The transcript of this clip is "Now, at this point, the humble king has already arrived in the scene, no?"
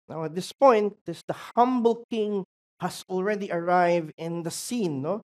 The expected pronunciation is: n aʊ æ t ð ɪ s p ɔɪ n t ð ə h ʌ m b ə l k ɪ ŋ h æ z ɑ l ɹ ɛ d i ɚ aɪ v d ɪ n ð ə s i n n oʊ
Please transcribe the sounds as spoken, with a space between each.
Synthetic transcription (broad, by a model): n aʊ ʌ t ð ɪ s p ɔɪ n t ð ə h ʌ m b ə l k ɪ ŋ h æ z ɑ l ɹ ɛ d i ɚ aɪ v d ɪ n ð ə s i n n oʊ